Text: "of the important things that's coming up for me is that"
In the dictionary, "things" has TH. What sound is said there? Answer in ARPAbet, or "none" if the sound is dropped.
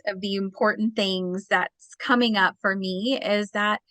TH